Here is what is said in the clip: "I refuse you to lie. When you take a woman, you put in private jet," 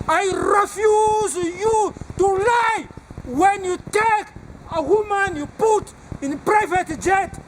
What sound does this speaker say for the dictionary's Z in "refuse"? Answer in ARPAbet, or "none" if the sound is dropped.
Z